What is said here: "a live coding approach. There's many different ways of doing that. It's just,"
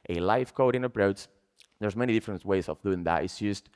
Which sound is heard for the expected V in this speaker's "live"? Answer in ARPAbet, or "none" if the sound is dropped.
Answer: F